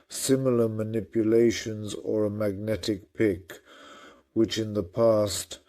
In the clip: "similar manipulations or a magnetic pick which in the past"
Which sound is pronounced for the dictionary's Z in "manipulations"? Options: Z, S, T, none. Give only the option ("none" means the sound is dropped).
Z